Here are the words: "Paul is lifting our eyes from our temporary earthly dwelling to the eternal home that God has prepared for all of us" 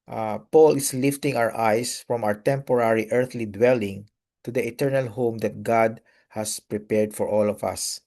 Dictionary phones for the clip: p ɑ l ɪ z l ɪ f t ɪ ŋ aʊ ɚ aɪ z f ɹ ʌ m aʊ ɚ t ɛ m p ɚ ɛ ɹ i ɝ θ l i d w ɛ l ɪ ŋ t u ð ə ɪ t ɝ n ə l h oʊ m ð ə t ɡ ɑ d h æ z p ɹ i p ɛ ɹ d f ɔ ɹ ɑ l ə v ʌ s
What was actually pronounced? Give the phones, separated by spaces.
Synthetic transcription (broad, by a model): p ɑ l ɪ s l ɪ f t ɪ ŋ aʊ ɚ aɪ s f ɹ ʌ m aʊ ɚ t ɛ m p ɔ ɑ ɹ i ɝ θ l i d w ɛ l ɪ ŋ t u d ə ɪ t ɝ n ə l h oʊ m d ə t ɡ ɑ d h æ s p ɹ i p ɛ ɹ d f ɔ ɹ ɑ l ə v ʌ s